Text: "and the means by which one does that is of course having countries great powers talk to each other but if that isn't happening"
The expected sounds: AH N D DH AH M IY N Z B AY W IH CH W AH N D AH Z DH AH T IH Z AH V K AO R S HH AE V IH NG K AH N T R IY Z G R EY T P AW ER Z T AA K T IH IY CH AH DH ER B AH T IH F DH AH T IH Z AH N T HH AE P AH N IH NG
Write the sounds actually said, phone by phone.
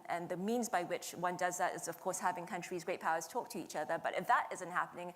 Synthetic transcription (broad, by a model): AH N DH AH M IY N Z B AY W IH CH W AH N D AH Z DH AH T IH Z AH V K AO R S HH AE V IH NG K AH N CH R IY Z G R EY T P AW ER Z T AA K T IH IY CH AH DH ER B AH T IH F DH AH T IH Z AH N T HH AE P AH N IH NG